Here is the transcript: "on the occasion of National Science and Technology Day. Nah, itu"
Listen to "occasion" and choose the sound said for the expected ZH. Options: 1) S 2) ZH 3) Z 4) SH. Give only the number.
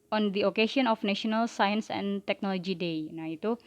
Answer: 4